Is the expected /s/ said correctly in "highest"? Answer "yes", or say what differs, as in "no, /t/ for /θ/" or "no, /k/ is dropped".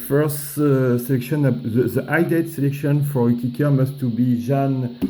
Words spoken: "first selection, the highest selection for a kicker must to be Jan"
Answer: no, /s/ is dropped